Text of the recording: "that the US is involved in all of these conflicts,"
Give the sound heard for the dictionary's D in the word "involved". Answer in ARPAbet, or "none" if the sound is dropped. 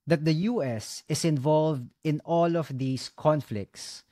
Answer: D